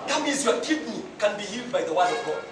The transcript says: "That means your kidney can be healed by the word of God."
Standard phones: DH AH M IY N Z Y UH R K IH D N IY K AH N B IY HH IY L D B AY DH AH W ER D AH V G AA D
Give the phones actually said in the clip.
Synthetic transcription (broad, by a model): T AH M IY Z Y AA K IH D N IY K AH N B IY HH IY L D B AY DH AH W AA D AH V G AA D